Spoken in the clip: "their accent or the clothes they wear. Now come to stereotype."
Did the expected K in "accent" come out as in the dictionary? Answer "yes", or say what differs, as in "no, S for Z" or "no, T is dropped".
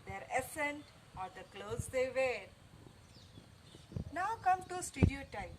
no, K is dropped